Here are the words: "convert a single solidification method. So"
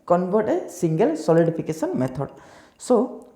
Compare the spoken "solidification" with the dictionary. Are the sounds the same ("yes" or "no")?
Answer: no